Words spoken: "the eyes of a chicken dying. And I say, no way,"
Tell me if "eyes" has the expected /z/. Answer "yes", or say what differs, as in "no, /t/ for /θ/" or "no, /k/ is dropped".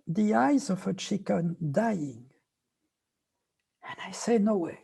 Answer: yes